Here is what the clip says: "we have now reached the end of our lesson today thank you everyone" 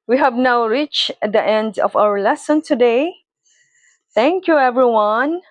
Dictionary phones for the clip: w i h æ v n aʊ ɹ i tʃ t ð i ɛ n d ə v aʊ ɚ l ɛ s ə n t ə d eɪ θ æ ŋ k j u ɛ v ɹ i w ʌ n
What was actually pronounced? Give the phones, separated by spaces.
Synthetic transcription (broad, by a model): w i h æ v n aʊ ɹ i tʃ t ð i ɛ n d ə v aʊ ɚ l ɛ s ə n t ə d eɪ θ æ ŋ k j u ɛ v ɹ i w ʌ n